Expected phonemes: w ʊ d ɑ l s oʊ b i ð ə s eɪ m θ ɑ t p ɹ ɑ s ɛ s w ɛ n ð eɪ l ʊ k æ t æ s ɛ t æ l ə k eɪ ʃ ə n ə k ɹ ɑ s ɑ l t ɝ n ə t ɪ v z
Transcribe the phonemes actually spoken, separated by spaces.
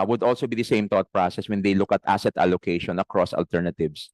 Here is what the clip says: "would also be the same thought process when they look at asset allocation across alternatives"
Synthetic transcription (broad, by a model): w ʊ d ɑ l s oʊ b i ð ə s eɪ m t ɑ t p ɹ ɑ s ɛ s w ɛ n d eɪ l ʊ k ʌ t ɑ s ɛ t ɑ l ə k eɪ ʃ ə n ə k ɹ ɑ s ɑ l t ɝ n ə t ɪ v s